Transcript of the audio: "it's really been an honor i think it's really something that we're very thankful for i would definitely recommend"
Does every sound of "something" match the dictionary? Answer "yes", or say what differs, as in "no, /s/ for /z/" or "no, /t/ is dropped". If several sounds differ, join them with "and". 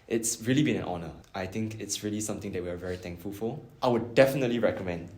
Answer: no, /t/ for /θ/